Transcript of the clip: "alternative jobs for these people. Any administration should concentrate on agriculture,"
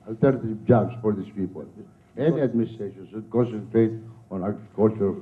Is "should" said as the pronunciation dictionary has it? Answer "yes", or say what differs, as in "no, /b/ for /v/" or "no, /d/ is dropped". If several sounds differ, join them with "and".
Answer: no, /s/ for /ʃ/